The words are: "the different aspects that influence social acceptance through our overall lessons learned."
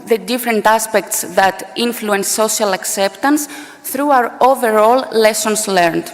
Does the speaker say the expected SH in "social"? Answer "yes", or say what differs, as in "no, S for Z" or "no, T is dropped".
no, SH is dropped